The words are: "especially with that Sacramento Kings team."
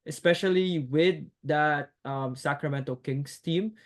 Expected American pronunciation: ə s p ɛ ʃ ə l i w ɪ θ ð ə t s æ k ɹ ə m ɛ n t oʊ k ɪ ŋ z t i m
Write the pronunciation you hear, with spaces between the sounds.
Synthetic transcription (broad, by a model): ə s p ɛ ʃ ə l i w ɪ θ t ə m s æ k ɹ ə m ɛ n t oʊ k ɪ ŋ s t i m